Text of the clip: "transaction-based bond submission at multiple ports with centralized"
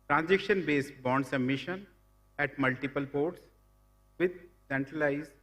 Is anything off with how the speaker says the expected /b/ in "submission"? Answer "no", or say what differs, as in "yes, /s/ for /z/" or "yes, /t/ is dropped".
yes, /b/ is dropped